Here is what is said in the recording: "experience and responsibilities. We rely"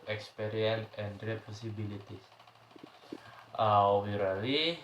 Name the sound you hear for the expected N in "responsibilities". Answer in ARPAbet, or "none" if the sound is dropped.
none